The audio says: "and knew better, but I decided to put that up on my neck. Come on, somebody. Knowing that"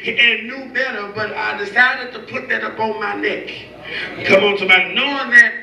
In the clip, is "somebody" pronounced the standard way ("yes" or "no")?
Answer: no